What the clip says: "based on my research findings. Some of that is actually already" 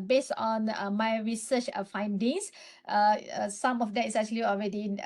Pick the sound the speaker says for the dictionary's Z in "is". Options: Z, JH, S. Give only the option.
S